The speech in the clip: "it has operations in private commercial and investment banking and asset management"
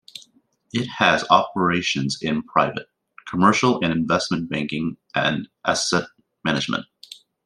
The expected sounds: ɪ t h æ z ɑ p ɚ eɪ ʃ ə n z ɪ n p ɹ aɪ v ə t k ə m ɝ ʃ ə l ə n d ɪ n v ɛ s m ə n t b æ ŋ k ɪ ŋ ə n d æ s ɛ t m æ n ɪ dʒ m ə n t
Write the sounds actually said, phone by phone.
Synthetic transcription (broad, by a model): ɪ t h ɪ z ɑ p ɚ eɪ ʃ ə n z ɪ n p ɹ aɪ v ə t k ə m ɝ ʃ l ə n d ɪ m v ɛ s m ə n b æ ŋ k ɪ ŋ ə n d æ s ɛ t m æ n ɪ dʒ m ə n t